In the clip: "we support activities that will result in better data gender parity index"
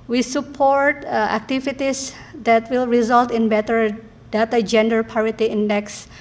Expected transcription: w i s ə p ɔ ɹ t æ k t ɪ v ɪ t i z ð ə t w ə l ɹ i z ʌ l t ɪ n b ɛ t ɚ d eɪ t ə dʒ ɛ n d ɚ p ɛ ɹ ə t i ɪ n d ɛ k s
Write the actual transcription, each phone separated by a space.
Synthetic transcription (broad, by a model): w i s ə p ɔ ɹ t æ k t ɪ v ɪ t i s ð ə t w ə l ɹ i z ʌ l t ɪ n b ɛ t ɚ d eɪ t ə dʒ ɛ n d ɚ p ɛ ɹ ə t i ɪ n d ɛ k s